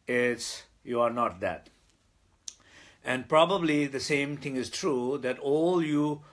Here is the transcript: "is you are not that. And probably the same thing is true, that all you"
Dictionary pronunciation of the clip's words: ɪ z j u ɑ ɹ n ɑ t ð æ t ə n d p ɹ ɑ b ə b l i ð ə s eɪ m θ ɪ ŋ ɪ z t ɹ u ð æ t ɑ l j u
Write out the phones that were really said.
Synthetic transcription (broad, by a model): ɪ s j u ɑ ɹ n ɑ t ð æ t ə n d p ɹ ɑ b ə b l i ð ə s eɪ m t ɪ ŋ ɪ z t ɹ u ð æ t ɑ l j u